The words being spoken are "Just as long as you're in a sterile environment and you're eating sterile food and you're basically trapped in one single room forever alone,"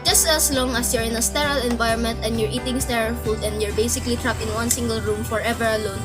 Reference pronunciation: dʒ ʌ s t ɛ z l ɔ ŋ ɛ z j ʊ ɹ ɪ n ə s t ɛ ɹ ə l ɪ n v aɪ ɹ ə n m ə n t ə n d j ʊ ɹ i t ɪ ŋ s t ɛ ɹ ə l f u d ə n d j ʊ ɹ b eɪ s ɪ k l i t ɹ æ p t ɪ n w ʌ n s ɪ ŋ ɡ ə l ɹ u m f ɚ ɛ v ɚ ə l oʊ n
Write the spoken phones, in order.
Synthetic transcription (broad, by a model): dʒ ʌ s t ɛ s l ɔ ŋ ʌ s j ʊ ɹ ɪ n ə s t ɛ ɹ ə l ɪ n v aɪ ɹ ə n m ə n t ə n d j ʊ ɹ i t ɪ ŋ s t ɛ ɹ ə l f u d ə n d j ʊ ɹ b eɪ s ɪ k l i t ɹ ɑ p ɪ n w ʌ n s ɪ ŋ ɡ ə l ɹ u m f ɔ ɛ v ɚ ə l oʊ n